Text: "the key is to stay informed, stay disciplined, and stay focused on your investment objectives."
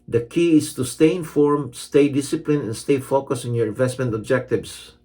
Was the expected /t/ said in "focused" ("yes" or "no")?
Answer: no